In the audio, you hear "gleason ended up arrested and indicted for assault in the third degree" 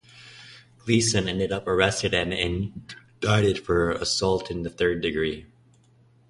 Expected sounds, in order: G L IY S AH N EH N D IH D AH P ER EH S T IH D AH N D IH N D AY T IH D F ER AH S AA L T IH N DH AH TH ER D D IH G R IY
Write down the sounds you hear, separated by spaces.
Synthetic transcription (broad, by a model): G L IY S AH N EH N D IH D AH P ER EH S T IH D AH N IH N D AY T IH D F ER AH S AA L T IH N DH AH TH ER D D IH G R IY